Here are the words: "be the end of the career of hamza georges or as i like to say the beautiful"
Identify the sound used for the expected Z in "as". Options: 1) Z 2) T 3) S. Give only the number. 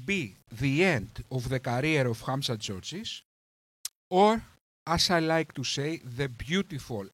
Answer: 3